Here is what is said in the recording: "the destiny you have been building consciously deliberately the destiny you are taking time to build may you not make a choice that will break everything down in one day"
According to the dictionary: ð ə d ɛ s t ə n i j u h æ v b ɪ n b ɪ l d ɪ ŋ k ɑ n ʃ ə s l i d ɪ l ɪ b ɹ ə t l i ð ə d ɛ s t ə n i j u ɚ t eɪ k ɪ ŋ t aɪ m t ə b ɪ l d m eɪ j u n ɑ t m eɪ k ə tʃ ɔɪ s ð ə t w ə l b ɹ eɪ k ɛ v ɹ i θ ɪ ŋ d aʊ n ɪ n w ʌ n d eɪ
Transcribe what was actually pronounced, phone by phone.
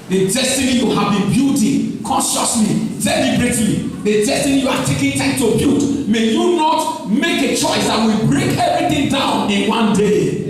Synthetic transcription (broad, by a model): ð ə d ɛ s t ə n i j u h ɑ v b ɪ n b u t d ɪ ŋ k ɑ n ʃ ə s l i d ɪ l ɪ b ɹ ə t l i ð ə d ɛ s t ə n i j u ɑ t eɪ k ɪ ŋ t aɪ m t ə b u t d m eɪ j u n ɑ t m eɪ k ə tʃ ɔɪ s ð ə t w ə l b ɹ eɪ k ɛ v ɹ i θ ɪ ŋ d aʊ n ɪ n w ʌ n d eɪ